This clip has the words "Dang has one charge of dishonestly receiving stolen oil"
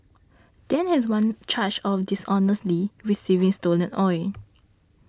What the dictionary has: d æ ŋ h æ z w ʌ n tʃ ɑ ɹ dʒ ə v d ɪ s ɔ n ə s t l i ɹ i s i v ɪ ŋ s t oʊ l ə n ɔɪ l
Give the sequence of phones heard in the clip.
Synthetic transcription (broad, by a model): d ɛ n h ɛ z w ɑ n tʃ ɑ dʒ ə f d ɪ s ɔ n ə s t l i ɹ i s i v ɪ ŋ s t oʊ l ə n ɔɪ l